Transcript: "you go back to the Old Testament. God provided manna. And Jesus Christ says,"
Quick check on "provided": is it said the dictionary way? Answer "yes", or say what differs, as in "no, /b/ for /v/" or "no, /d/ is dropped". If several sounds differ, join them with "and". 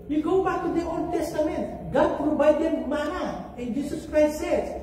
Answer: no, /b/ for /v/